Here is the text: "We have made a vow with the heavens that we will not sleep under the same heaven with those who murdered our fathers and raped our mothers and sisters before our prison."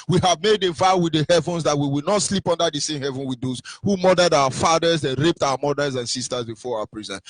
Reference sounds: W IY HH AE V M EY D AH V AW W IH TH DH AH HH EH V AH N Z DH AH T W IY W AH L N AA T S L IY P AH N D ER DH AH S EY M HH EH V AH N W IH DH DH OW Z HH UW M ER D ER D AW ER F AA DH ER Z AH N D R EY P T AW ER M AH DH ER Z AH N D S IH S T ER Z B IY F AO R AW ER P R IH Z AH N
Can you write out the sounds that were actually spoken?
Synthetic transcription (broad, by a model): W IY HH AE V M EY D AH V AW W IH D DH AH HH EH V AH N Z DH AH T W IY W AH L N AA T S L IY P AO N D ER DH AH S EY M HH EH V AH N W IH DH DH OW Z HH UW M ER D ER D AW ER F AA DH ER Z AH N R EY P T AW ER M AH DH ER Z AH N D S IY S T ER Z B IY F AO R AW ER P R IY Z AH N